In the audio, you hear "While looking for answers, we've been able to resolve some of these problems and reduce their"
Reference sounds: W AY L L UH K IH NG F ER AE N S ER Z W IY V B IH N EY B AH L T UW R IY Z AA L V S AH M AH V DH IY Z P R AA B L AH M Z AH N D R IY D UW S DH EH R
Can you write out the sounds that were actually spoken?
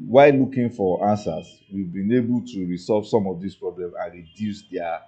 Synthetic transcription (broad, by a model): W AY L L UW K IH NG F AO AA N S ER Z W IY V B IH N EY B AH L T UW R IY S AA L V S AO M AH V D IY S P R AA B L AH M AH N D R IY D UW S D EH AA